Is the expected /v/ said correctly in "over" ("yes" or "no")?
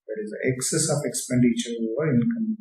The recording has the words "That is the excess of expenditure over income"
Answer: no